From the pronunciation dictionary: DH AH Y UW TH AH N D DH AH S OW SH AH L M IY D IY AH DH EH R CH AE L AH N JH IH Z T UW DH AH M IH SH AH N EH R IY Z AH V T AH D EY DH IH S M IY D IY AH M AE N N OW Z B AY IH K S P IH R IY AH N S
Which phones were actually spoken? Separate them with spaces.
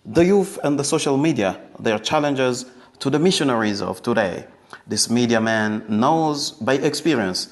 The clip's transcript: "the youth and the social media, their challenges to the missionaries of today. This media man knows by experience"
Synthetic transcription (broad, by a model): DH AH Y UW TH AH N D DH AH S OW SH AH L M IY D IY AH DH EH R CH AE L AH N JH IH Z T UW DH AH M IH SH AH N EH R IY Z AH V T AH D EY DH IH S M IY D IY AH M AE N N OW Z B AY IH K S P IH R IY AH N S